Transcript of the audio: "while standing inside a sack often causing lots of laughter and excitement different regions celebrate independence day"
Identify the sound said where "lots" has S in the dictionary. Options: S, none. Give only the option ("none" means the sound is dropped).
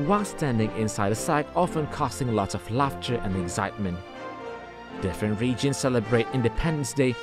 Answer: none